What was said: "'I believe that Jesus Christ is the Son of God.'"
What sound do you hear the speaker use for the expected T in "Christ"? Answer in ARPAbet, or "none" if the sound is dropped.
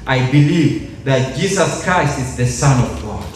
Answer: T